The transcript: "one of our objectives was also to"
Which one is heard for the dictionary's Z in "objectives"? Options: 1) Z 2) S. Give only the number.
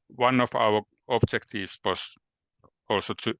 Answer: 2